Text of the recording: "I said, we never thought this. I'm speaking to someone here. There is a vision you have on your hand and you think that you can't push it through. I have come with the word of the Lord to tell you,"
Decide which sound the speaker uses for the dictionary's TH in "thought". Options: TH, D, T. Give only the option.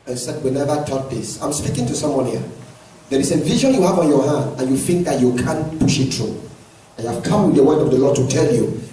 T